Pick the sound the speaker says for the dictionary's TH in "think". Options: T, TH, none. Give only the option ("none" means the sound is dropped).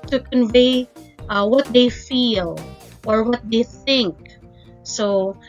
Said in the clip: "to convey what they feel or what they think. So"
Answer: TH